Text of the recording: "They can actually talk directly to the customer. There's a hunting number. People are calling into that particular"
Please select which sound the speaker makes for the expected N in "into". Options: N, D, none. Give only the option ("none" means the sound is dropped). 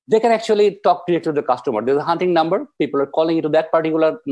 none